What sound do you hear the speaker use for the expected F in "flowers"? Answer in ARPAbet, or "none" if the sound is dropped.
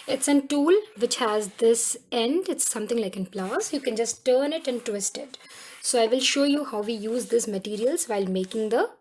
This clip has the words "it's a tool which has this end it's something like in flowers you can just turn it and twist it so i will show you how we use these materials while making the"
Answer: P